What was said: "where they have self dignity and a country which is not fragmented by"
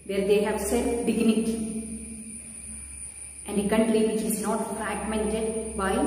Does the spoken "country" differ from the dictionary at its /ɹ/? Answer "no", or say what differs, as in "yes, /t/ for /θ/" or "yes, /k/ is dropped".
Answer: yes, /l/ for /ɹ/